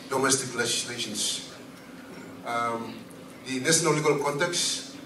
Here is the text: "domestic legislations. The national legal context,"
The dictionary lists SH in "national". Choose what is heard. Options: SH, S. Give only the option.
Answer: S